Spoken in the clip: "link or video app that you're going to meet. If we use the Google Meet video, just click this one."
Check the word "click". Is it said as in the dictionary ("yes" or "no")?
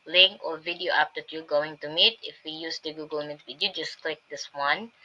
yes